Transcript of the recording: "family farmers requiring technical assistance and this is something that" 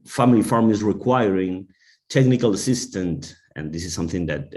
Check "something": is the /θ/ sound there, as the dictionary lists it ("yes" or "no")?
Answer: yes